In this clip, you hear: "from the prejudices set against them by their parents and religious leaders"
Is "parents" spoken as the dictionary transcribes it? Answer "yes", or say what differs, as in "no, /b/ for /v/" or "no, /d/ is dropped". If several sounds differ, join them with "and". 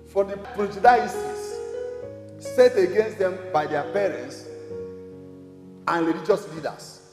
yes